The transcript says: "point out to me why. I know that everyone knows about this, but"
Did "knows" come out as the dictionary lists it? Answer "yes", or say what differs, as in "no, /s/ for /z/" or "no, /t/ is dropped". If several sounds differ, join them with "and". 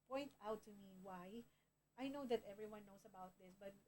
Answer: no, /s/ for /z/